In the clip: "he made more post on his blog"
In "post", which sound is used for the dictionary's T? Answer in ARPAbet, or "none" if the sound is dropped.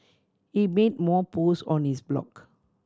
none